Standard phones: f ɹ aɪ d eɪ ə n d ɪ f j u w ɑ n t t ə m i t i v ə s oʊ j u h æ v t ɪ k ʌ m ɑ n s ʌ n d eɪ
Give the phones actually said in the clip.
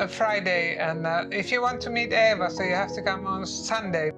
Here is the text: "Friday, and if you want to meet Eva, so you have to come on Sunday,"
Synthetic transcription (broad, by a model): f ɹ aɪ d eɪ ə n ɪ f j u w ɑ n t t ə m i t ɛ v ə s oʊ j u h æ f t ɪ k ʌ m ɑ n s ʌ n d eɪ